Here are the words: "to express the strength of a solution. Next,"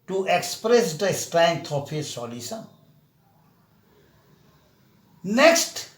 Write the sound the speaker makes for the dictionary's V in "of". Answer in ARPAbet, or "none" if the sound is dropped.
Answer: P